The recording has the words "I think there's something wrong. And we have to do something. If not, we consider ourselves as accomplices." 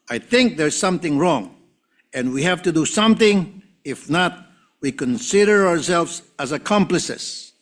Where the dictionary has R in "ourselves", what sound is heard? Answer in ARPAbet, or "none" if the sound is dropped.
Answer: R